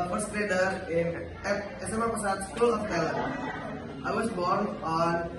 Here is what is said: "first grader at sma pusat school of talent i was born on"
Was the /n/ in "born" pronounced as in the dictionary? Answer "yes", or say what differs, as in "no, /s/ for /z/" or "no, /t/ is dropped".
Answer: yes